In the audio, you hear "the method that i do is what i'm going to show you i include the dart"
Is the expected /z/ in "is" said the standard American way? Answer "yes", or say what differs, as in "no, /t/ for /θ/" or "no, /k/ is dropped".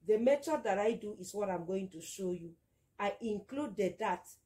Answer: no, /s/ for /z/